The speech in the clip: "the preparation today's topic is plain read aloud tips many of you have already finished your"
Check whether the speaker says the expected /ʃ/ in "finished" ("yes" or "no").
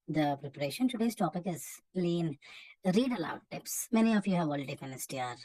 no